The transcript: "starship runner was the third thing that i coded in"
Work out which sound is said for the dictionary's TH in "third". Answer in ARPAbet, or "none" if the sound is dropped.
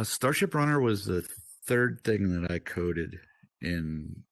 TH